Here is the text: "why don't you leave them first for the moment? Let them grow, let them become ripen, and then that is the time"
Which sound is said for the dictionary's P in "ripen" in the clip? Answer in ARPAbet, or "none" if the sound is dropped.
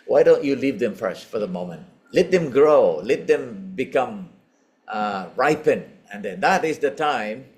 P